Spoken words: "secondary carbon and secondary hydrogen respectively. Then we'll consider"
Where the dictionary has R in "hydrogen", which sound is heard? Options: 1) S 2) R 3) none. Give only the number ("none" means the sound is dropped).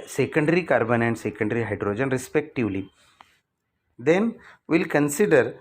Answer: 2